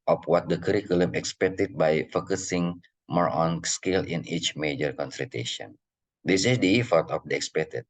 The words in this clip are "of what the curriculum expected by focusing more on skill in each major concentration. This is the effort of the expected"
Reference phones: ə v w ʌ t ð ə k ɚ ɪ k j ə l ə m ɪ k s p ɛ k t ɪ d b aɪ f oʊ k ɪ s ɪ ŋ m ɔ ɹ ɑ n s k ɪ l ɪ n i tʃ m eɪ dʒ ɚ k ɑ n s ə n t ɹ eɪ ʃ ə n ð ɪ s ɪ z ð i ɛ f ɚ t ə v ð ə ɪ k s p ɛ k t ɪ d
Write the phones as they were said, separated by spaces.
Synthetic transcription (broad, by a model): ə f w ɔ t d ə k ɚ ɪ k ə l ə m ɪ k s p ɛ k t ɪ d b aɪ f oʊ k ɪ s ɪ ŋ m ɔ ɹ ɑ n s k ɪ l ɪ n i tʃ m eɪ dʒ ɚ k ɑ n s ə t eɪ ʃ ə n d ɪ s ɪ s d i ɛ f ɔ t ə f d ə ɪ k s p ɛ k t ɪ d